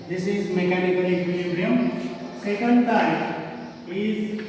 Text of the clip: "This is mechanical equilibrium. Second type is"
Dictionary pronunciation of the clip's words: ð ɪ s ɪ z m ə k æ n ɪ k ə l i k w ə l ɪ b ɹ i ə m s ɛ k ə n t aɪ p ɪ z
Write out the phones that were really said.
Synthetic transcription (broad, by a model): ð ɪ s ɪ z m ə k æ n ɪ k ə l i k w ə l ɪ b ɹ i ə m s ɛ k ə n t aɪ ɪ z